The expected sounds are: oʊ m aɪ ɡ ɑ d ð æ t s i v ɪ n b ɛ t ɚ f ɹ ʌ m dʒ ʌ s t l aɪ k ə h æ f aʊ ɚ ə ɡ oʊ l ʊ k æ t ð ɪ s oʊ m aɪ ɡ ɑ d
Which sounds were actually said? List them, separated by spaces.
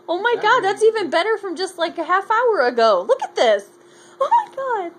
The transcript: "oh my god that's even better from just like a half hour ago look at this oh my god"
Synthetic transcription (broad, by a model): oʊ m aɪ ɡ ɑ d ð æ t s i v ɪ n b ɛ t ɚ f ɹ ʌ m dʒ ʌ s t l aɪ k ə h æ f aʊ ɚ ə ɡ oʊ l ʊ k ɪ t ð ɪ s oʊ m aɪ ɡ ɑ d